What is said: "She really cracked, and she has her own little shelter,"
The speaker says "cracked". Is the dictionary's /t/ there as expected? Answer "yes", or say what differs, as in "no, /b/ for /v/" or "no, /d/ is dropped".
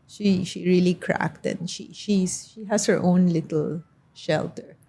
yes